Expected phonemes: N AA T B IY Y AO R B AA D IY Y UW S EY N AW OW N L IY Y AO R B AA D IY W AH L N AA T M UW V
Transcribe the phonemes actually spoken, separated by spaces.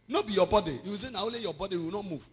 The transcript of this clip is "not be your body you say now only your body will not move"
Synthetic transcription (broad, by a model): N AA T B IY Y AO B AA D IY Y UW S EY N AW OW L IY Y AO B AA D IY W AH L N AA T M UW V